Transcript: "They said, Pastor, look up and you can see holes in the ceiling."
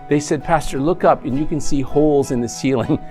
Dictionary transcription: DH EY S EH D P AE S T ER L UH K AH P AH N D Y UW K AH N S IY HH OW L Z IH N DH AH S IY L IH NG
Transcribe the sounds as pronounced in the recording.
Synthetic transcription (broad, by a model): DH EY S EH D P AE S T ER L UH K AH P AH N Y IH K AH N S IY HH OW L Z IH N DH AH S IY L IH NG